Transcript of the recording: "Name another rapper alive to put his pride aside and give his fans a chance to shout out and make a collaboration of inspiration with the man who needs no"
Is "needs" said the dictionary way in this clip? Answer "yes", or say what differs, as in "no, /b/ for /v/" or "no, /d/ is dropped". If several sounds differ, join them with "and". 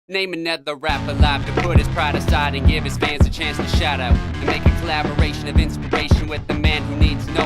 yes